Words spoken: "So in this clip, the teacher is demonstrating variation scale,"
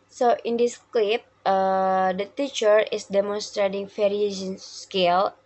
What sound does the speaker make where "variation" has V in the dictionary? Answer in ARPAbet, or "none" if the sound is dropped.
F